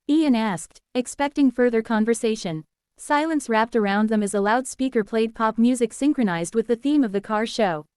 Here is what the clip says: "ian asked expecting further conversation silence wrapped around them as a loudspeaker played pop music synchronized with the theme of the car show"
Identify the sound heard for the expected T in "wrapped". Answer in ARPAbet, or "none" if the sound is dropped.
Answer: T